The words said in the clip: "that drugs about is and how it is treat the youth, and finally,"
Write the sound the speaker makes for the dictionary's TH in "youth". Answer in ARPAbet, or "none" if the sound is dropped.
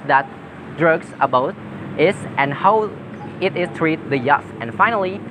F